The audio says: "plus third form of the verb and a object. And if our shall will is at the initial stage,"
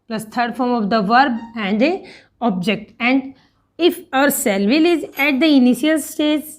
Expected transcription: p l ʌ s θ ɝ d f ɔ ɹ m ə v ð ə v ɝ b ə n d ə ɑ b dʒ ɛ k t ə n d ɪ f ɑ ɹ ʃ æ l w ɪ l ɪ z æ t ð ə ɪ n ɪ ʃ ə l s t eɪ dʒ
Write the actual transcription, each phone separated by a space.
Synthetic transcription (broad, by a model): p l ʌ s t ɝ d f ɔ ɹ m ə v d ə v ɝ b ə n d ə ɑ b dʒ ɛ k t ə n d ɪ f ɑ ɹ s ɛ l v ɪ l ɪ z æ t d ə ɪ n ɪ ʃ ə l s t eɪ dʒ